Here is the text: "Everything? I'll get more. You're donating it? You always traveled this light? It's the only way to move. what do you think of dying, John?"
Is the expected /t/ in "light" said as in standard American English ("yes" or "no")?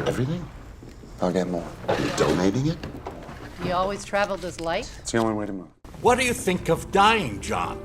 no